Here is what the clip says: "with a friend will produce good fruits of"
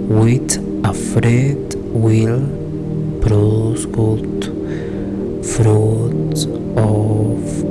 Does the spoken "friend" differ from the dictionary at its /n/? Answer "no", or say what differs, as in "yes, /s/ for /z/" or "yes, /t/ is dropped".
yes, /n/ is dropped